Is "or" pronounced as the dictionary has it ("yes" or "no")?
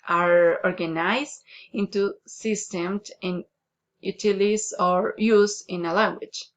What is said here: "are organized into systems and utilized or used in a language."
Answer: yes